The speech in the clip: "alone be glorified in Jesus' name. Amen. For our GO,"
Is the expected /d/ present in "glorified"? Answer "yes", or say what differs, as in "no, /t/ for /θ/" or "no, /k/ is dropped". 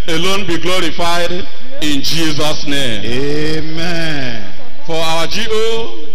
yes